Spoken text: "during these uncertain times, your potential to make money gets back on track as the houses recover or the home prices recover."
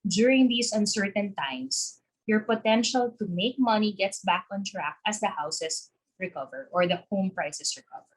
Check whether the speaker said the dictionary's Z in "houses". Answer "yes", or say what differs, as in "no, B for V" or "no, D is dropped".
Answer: no, S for Z